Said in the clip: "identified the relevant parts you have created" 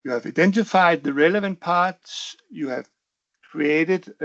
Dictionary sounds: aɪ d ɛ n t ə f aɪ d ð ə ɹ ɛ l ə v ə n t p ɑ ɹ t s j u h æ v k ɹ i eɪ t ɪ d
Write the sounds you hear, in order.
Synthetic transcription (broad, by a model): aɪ d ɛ n t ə f aɪ d ð ə ɹ ɛ l ə v ə n t p ɑ ɹ t s j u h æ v k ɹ i eɪ t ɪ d